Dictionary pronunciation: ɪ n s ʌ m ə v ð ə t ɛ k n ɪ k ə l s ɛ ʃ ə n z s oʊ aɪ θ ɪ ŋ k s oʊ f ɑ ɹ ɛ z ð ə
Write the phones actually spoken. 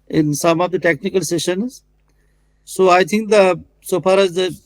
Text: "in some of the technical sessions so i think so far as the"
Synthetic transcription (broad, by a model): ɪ n s ʌ m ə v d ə t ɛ k n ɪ k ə l s ɛ ʃ ə n z s oʊ aɪ t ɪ ŋ k s oʊ f ɑ ɹ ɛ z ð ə